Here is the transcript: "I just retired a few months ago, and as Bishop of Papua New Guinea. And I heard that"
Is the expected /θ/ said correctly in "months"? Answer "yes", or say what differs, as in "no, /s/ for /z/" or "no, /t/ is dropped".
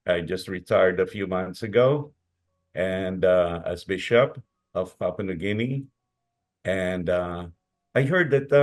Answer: yes